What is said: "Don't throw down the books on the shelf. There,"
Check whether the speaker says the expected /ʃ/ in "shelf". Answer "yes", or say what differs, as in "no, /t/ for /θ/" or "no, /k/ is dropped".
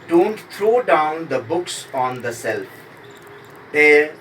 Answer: no, /s/ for /ʃ/